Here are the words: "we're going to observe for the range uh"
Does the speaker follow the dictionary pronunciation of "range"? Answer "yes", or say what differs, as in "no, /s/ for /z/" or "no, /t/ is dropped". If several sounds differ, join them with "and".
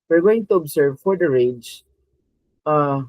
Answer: no, /n/ is dropped